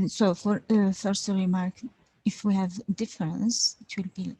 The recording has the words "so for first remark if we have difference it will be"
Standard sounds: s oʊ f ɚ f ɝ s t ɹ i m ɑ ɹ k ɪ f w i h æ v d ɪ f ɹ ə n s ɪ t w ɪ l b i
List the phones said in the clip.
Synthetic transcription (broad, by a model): s oʊ f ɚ f ɝ s t ɹ i m ɑ ɹ k ɪ f w i h æ v d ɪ f ɹ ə n s ɪ t w ɪ l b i